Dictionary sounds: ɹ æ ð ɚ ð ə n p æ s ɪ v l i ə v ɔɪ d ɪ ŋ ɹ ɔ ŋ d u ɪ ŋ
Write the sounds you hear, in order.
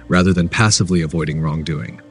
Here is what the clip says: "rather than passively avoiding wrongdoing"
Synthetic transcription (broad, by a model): ɹ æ ð ɚ ð ə n p æ s ɪ v l i ə v ɔɪ d ɪ ŋ ɹ ɔ ŋ d u ɪ ŋ